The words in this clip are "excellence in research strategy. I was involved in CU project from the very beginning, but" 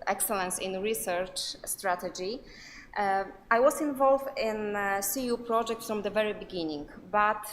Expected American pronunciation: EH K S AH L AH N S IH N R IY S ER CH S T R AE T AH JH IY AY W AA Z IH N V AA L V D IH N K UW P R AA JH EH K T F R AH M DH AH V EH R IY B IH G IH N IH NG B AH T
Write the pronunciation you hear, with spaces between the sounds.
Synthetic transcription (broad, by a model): EH K S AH L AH N S IH N R IY S ER CH S T R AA T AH JH IY AY W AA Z IH N V AA L V D IH N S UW P R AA JH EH K T F R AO M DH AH V EH R IY B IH G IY N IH NG B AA T